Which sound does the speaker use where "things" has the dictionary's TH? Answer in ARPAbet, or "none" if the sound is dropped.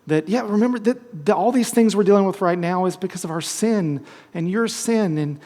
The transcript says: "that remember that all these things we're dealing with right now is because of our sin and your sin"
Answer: TH